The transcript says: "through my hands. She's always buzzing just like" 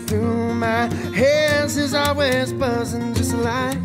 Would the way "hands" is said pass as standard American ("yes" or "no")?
no